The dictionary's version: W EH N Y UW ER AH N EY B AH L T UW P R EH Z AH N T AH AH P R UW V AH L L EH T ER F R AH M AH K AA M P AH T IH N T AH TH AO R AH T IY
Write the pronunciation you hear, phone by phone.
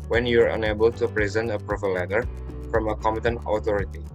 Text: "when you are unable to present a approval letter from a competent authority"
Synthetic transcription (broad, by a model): W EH N Y UW ER AH N EY B AH L T UW P R EH Z AH N T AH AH P R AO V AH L L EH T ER F R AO M AH K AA M AH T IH N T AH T AO R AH T IY